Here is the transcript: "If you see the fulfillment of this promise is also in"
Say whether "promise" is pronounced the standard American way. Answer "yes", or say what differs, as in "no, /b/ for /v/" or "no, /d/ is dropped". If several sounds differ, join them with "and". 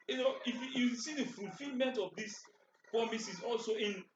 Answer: yes